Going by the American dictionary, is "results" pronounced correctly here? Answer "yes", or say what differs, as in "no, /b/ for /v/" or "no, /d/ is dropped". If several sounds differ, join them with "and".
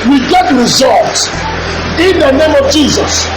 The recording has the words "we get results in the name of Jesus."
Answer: no, /s/ is dropped